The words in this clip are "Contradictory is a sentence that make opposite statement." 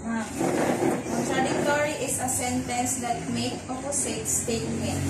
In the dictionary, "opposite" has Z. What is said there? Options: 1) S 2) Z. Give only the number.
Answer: 1